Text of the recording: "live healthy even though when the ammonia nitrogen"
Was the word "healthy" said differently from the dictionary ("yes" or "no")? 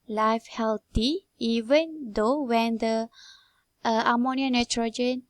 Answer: yes